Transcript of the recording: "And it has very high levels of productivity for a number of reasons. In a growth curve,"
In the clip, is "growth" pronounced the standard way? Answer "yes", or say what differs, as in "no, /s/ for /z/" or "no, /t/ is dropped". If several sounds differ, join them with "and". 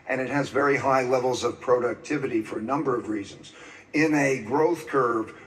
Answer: yes